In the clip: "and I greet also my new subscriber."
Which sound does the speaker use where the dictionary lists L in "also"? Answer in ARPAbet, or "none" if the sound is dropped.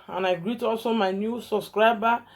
L